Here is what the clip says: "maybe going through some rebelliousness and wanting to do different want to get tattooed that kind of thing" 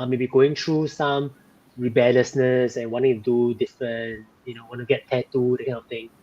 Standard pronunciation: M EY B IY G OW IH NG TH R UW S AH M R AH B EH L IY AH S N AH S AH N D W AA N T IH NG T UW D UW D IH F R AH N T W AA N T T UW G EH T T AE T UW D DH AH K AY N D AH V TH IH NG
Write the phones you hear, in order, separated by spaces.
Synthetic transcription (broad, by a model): M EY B IY G OW IH NG T R UW S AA M R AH B EH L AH S N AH S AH N W AA N T IH NG T UW D UW D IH F R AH N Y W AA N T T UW G EH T T AE T UW D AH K AY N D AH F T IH NG